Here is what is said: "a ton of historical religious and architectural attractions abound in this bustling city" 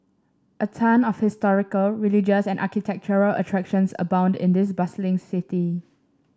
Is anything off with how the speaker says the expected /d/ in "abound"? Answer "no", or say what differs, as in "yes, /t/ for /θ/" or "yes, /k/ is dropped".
no